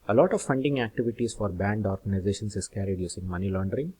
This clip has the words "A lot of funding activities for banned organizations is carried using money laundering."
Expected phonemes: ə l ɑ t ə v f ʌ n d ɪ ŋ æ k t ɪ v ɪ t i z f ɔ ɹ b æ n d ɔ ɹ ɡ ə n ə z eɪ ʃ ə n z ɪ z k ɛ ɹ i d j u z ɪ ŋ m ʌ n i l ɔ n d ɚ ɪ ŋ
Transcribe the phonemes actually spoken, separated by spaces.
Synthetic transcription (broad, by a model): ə l ɑ t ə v f ʌ n d ɪ ŋ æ k t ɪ v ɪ t i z f ɔ ɹ b æ n d ɔ ɹ ɡ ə n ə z eɪ ʃ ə n s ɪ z k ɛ ɹ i d j u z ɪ ŋ m ʌ n i l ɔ n d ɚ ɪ ŋ